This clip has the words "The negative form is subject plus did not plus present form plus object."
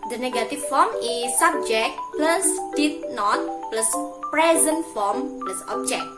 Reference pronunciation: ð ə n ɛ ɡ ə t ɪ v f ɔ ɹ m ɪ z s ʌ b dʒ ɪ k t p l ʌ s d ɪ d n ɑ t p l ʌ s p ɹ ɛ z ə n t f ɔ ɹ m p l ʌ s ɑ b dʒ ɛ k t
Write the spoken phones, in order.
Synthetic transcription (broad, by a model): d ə n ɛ ɡ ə t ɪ f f ɔ m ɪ s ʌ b dʒ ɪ k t p l ʌ s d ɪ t n ɑ t p l ʌ s p ɹ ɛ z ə n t f ɔ m p l ʌ s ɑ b dʒ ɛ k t